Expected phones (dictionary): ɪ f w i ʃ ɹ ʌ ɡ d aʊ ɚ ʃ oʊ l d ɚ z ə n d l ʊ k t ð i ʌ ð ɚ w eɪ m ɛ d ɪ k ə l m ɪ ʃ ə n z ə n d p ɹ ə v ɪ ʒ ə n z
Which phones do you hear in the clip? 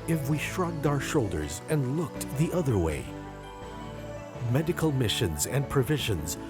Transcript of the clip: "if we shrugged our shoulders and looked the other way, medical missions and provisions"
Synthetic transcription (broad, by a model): ɪ f w i ʃ ɹ ʌ ɡ d aʊ ɚ ʃ oʊ l d ɚ z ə n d l ʊ k t ð i ʌ ð ɚ w eɪ m ɛ d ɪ k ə l m ɪ ʃ ə n z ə n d p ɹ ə v ɪ ʒ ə n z